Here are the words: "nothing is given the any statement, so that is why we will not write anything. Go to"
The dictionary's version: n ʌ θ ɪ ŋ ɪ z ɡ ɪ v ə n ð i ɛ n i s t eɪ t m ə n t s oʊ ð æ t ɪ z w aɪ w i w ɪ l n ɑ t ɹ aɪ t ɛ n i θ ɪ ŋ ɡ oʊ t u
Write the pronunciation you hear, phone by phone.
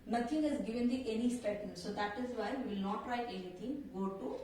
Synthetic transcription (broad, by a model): n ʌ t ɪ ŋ ɪ z ɡ ɪ v ə n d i ɛ n i s t t ə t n s oʊ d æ t ɪ z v aɪ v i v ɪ l n ɑ t ɹ aɪ t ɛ n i t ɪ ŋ ɡ oʊ t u